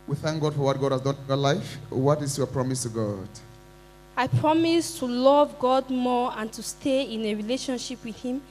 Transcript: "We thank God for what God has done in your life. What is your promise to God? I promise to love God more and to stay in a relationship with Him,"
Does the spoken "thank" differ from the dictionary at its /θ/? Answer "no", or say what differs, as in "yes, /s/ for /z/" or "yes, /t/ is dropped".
no